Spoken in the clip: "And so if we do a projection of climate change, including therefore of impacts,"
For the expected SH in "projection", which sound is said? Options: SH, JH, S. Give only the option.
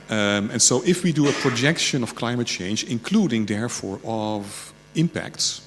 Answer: SH